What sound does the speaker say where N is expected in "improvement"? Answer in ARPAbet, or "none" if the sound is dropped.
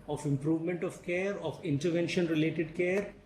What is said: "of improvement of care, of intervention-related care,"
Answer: N